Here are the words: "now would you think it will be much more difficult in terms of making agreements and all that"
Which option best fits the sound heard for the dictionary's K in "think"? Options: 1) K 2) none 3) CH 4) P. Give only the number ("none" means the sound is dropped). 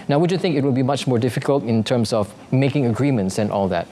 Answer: 1